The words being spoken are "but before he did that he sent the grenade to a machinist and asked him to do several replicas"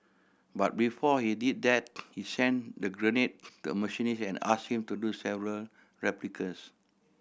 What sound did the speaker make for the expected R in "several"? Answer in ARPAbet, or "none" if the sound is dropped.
R